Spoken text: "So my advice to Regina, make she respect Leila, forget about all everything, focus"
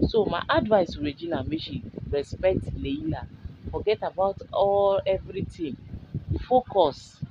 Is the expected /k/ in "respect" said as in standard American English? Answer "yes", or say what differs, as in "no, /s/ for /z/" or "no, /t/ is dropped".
yes